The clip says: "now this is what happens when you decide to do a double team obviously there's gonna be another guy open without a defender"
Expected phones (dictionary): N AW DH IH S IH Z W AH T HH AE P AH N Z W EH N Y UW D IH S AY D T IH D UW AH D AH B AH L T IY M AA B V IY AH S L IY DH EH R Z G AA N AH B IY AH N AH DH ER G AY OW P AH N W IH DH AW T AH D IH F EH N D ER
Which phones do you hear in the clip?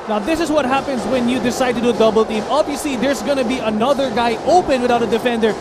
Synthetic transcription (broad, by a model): N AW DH IH S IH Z W AH T HH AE P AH N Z W EH N Y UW D IH S AY D T IH D UW D AH B AH L T IY M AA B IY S IY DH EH R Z G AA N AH B IY AH N AH DH ER G AY OW P AH N W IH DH AW T AH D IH F EH N D ER